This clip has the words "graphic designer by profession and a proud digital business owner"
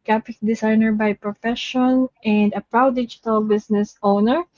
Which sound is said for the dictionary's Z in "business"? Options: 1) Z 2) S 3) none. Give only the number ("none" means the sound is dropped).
2